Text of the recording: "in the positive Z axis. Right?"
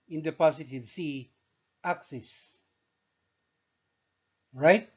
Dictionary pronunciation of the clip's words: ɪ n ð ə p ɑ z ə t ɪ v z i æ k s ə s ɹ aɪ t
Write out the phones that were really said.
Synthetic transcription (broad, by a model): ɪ n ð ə p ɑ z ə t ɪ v s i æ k s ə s ɹ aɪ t